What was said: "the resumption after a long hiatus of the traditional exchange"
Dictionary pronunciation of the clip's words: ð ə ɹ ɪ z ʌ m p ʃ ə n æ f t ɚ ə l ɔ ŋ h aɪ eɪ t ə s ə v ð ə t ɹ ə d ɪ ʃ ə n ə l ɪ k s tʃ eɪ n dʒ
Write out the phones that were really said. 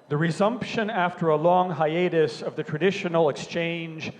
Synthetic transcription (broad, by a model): ð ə ɹ ɪ z ʌ m p ʃ ə n æ f t ɚ ə l ɔ ŋ h aɪ eɪ t ə s ə v ð ə t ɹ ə d ɪ ʃ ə n l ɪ k s tʃ eɪ n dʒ